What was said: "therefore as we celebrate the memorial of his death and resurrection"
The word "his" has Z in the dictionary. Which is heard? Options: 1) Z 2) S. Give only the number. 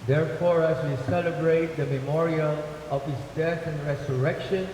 2